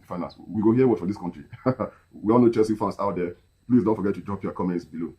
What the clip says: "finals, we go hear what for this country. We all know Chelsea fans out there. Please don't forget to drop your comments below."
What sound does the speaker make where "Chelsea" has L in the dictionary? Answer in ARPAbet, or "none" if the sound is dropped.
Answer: none